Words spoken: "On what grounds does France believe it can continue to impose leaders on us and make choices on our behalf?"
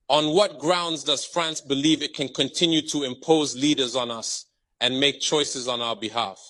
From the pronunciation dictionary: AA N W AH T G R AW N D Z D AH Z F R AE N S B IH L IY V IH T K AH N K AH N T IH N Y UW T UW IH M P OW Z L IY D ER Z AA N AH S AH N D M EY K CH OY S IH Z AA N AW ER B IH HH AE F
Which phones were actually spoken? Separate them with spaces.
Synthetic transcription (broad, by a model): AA N W AH T G R AW N D Z D AH Z F R AE N S B IH L IY V IH T K AH N K AH N T IH N Y UW T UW IH M P OW Z L IY D ER Z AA N AH S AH N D M EY K CH OY S IH Z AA N AW ER B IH HH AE F